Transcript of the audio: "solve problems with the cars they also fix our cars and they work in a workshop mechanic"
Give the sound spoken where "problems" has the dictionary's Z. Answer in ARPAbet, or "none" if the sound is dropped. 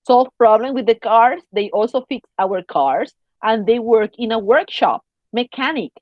none